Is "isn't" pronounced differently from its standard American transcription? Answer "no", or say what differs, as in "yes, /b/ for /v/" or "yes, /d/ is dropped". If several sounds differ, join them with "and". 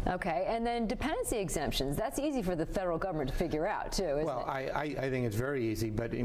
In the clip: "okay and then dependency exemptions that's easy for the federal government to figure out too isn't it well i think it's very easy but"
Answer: yes, /l/ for /n/